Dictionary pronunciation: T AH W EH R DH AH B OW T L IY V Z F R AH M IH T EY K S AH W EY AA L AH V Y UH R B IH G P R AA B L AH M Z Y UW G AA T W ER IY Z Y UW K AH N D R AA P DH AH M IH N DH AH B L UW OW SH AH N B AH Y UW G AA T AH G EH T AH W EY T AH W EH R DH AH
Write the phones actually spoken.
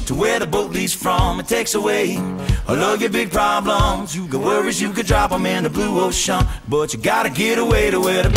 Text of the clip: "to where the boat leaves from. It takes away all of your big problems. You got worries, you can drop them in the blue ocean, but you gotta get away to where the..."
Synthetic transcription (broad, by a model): T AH W EH R DH AH B OW T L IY Z F R AH M IH T EY K S AH W EY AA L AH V Y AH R B IH G P R AA B L AH M Z Y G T W ER IY Z Y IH K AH D R AA P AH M IH N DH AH B L UW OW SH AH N B AH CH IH G AA T AH G EH T AH W EY T AH W EH R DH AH